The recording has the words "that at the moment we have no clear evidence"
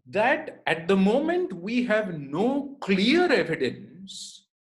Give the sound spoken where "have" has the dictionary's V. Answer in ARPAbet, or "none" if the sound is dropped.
V